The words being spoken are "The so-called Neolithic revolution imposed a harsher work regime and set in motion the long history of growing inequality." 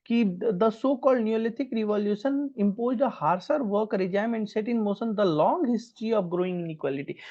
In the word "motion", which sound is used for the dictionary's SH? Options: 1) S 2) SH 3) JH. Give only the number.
1